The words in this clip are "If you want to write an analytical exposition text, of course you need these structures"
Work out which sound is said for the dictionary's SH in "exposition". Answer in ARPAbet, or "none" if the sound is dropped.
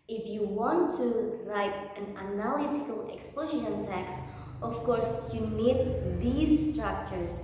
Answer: none